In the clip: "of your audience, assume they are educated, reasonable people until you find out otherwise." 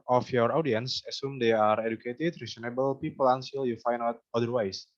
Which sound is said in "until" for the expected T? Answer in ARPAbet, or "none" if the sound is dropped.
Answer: S